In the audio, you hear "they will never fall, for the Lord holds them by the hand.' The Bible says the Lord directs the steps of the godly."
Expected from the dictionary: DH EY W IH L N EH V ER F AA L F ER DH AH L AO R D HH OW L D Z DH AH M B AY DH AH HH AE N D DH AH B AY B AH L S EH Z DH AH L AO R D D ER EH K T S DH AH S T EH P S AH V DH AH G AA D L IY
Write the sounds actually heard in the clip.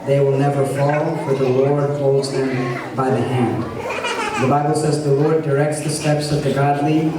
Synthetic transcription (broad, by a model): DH EY W IH L N EH V ER F AA L F ER DH AH L AO R D HH OW L D Z DH AH M B AY DH AH HH AE N D DH AH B AY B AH L S EH Z DH AH L AO R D D ER EH K T S DH AH S T EH P S AH V DH AH G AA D L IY